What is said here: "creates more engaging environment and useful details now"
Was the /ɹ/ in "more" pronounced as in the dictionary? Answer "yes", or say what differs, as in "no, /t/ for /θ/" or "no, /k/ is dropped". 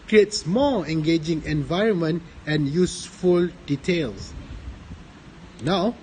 no, /l/ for /ɹ/